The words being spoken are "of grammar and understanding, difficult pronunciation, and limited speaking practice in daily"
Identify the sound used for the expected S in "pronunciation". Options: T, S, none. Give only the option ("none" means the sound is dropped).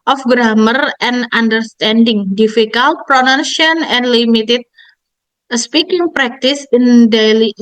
none